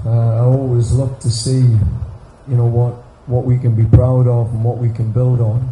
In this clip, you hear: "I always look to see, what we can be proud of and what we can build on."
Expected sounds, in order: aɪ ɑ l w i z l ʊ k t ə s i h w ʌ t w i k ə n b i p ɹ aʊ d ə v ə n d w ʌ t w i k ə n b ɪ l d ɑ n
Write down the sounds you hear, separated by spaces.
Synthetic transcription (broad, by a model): aɪ ɑ l w i z l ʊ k t ə s i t w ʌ t w i k ə n b i p ɹ aʊ d ə v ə n w ʌ t w i k ə n b ɪ l d n